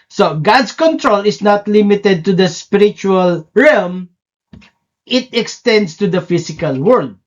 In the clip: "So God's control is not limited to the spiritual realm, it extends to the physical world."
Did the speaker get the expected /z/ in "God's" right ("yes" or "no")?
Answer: no